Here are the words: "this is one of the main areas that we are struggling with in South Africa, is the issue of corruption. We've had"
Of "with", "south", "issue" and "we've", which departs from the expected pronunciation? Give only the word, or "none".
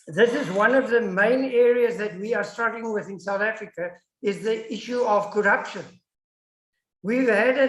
none